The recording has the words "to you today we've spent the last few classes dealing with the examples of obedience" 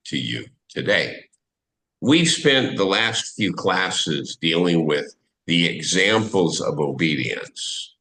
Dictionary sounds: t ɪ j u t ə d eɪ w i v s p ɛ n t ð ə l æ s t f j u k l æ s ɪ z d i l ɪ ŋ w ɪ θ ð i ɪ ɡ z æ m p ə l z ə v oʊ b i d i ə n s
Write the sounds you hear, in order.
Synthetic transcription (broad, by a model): t ɪ j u t ə d eɪ w i v s p ɛ n ð ə l æ s t f j u k l æ s ɪ z d i l ɪ ŋ w ɪ ð i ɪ ɡ z æ m p l z ə v oʊ b i d i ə n s